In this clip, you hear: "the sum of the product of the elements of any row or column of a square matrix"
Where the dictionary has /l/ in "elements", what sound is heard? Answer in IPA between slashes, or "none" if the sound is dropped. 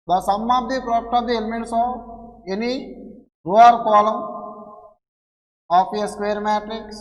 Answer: /l/